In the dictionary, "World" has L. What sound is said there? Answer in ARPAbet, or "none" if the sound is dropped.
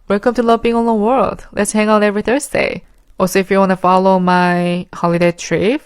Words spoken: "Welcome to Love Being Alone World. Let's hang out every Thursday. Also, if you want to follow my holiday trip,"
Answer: L